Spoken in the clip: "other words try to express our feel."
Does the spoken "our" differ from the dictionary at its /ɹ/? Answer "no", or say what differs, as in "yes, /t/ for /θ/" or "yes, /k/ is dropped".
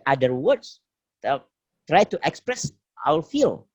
yes, /w/ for /ɹ/